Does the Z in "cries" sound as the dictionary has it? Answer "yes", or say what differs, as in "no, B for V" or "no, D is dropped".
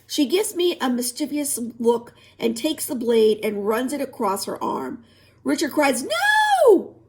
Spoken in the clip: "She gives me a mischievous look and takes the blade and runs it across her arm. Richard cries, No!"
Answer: yes